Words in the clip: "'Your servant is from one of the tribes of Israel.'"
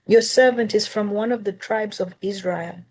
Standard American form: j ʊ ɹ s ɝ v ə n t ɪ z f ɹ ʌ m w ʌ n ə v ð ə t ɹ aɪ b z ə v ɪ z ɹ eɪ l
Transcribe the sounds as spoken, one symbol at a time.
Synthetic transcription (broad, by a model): j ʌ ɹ s ɝ v ə n t ɪ z f ɹ ʌ m w ʌ n ə v ð ə t ɹ aɪ b z ə v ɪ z ɹ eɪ l